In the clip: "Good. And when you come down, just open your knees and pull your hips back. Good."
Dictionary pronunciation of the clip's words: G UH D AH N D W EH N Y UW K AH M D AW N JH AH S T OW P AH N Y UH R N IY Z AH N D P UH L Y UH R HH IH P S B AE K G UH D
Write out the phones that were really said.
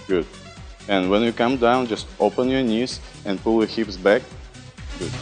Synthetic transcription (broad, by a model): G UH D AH N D W EH N Y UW K AH M D AW N JH AH S T OW P AH N Y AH R N IY Z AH N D P UH L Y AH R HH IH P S B AE K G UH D